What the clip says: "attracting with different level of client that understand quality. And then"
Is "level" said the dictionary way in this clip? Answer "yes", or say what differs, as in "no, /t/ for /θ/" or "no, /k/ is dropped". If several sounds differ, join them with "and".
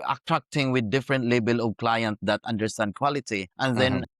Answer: no, /b/ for /v/